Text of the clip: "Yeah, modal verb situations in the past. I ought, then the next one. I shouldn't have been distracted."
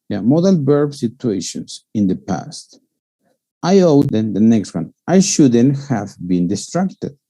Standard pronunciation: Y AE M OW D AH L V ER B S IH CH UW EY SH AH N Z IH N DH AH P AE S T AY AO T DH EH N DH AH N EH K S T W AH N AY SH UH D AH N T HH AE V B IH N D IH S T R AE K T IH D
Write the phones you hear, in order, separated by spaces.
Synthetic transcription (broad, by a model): Y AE M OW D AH L B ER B S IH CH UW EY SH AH N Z IH N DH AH P AE S T AY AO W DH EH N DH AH N EH K S T W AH N AY SH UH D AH N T HH AE V B IH N D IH S T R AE K T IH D